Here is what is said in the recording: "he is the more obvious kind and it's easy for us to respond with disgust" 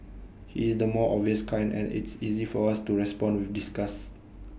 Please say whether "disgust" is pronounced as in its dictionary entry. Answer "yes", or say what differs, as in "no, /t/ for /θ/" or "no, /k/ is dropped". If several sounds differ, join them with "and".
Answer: no, /t/ is dropped